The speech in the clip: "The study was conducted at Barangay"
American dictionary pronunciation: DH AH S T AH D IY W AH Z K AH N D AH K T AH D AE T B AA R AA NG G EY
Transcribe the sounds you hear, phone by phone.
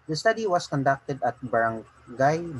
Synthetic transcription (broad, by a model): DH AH S T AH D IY W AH S K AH N D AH K T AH D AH T B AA R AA NG G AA